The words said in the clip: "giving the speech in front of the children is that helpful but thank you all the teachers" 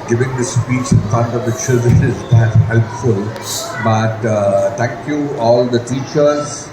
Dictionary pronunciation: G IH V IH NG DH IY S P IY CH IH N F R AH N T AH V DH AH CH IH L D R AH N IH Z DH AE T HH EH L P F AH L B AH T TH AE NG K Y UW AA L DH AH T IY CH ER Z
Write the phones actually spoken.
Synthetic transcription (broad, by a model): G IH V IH NG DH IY S P IY CH IH N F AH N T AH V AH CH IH D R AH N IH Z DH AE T HH EH L P F AH L B AH T T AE NG K Y UW AA L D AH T IY CH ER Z